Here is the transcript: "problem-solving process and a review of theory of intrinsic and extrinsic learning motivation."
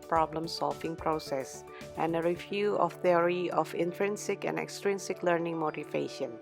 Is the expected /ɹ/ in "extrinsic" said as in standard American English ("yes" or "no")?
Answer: yes